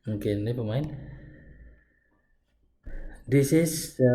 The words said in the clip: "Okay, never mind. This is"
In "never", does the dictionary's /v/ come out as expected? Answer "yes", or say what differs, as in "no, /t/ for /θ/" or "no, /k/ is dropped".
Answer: no, /p/ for /v/